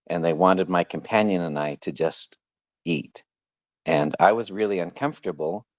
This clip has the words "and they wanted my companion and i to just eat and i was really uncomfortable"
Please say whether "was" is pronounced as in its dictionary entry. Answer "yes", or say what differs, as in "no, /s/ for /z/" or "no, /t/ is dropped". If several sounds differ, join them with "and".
yes